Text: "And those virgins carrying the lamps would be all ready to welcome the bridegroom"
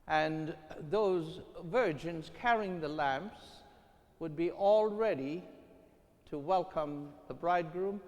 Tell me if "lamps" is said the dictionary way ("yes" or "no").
yes